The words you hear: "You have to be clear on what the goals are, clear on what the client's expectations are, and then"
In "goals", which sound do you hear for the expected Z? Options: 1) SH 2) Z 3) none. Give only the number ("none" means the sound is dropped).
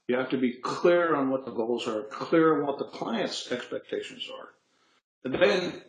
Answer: 2